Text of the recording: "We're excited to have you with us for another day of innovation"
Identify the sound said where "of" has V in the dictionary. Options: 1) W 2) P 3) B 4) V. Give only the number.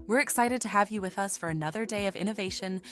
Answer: 4